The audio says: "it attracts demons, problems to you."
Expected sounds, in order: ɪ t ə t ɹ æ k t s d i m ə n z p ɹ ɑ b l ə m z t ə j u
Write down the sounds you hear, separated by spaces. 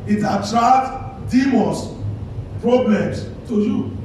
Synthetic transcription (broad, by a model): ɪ t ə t ɹ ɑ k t d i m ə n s p ɹ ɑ b l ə m s t ə j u